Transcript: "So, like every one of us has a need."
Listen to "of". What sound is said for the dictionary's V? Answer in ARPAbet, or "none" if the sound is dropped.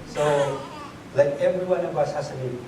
B